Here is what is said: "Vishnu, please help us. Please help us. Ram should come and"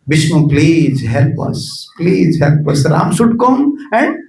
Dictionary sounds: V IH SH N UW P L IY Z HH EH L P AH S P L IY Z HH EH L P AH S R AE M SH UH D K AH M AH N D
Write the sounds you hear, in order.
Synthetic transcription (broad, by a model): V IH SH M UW P L IY Z HH EH L P AH S P L IY Z HH EH L P AH S R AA M S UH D K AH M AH N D